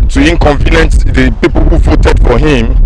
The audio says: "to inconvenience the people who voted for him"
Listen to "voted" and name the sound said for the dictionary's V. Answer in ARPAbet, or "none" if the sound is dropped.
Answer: V